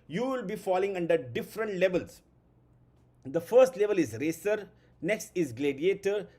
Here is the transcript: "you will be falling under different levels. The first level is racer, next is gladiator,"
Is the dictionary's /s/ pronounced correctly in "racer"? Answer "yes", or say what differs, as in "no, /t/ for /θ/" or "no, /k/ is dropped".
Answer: yes